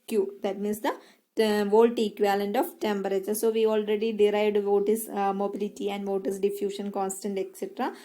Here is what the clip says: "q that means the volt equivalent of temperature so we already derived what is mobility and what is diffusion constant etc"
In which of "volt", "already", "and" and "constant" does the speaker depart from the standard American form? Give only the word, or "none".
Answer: none